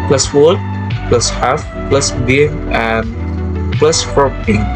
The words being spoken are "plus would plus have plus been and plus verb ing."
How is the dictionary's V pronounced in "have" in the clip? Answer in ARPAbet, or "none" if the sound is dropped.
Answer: F